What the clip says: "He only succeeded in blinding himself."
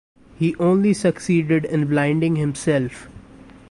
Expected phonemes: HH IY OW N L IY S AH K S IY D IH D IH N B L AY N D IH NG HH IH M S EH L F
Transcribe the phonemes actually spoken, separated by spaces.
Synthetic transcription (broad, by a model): HH IY OW N L IY S AH K S IY D IH D IH N B L AY N D IH NG HH IH M S EH L F